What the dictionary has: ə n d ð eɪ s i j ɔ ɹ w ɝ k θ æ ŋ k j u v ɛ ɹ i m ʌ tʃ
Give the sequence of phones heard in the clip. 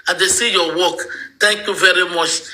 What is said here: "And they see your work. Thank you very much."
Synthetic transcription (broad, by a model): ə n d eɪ s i j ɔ w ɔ k t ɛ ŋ k j u v ɛ ɹ i m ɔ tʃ